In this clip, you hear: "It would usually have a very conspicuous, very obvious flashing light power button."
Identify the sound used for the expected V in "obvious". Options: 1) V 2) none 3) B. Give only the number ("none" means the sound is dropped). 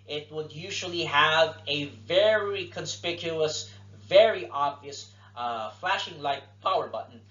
1